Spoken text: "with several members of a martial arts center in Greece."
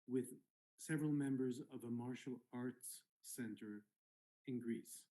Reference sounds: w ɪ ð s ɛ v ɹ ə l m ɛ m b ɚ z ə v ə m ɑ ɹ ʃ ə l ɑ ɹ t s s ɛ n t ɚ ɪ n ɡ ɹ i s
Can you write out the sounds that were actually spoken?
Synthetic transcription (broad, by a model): w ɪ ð s ɛ v ɹ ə l m ɛ m b ɚ z ə v ə m ɑ ɹ ʃ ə l ɑ ɹ t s s ɛ n t ɚ ɪ n ɡ ɹ i s